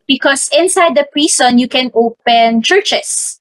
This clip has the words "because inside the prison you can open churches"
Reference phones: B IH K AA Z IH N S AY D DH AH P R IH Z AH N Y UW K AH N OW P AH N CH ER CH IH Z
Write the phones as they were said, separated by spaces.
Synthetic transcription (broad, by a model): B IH K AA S IH N S AY D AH P R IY S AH N Y UW K AH N OW P AH N CH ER CH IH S